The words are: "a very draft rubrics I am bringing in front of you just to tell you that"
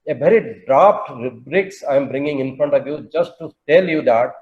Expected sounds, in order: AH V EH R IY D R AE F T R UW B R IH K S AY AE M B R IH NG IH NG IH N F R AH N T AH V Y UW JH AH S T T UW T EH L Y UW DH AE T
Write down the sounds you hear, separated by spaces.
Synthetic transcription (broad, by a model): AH V EH R IY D R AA P T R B R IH K S AY M B R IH NG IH NG IH N F R AH N T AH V Y UW JH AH S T T UW T EH L Y UW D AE T